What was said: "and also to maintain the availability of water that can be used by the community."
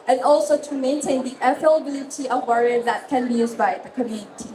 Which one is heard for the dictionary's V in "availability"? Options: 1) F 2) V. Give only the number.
1